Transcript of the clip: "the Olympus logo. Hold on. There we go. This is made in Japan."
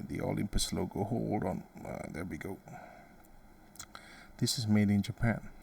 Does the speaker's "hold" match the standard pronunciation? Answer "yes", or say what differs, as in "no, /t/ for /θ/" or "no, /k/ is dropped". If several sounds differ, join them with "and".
no, /l/ is dropped